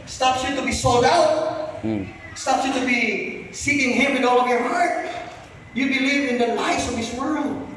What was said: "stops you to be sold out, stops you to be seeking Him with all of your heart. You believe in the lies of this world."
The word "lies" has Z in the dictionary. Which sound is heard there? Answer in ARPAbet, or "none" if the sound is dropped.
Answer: S